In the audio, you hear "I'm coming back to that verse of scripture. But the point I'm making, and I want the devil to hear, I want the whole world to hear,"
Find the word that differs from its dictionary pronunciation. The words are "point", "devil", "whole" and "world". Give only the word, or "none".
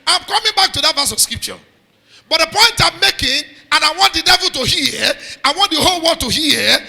world